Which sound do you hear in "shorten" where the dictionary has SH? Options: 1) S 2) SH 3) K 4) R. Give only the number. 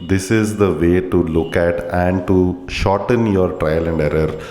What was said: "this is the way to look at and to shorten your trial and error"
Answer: 2